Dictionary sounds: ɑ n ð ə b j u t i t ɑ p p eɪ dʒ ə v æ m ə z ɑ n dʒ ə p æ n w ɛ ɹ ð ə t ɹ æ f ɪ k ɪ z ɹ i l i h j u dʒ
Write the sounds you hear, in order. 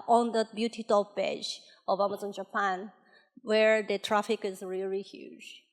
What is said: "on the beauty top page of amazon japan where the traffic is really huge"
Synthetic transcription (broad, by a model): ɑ n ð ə b j u t i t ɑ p b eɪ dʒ ə v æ m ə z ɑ n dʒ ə p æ n w ɛ ɹ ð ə t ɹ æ f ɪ k ɪ z ɹ i l i h j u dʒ